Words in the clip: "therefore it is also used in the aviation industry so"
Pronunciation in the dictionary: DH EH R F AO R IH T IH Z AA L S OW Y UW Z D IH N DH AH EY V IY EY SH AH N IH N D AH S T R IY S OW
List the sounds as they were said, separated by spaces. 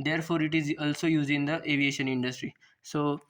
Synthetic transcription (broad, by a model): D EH R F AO R IH T IH Z AA L S OW Y UW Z IH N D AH EY V IY EY SH AH N IH N D AH S T R IY S OW